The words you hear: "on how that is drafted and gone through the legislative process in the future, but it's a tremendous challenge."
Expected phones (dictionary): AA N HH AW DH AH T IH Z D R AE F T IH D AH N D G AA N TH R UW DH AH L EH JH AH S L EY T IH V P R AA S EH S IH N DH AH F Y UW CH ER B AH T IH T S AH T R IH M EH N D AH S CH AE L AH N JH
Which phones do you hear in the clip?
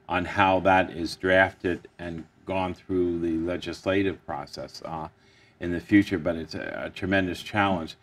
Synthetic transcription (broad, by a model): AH N HH AW DH AH T IH Z D R AE F T IH D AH N G AA N TH R UW DH AH L EH JH AH S L EY T IH V P R AA S EH S IH N DH AH F Y UW CH ER B AH T IH T S AH T R IH M EH N D AH S CH AE L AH N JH